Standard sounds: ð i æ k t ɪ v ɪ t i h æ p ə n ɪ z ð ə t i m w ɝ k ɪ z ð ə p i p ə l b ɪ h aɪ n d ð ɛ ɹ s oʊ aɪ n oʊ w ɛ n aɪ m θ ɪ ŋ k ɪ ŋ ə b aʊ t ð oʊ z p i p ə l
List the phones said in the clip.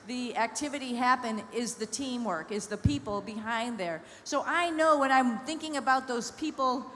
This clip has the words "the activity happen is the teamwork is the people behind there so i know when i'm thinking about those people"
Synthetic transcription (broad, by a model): ð i æ k t ɪ v ɪ t i h æ p ə n ɪ z ð ə t i m w ɝ k ɪ z ð ə p i p l b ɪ h aɪ n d ð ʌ ɹ s oʊ aɪ n oʊ w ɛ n aɪ m θ ɪ ŋ k ɪ ŋ ə b aʊ t ð oʊ z p i p l